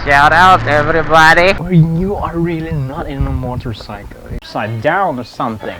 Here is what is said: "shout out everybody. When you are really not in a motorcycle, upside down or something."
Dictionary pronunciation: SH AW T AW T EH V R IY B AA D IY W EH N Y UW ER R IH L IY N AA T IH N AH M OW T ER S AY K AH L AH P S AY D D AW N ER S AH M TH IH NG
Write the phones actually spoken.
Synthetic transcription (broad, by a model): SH AW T AW T EH V R IY B AA D IY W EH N Y UW ER R IH L IY N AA T IH N AH M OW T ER S AY K L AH S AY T D AW N ER S AH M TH IH NG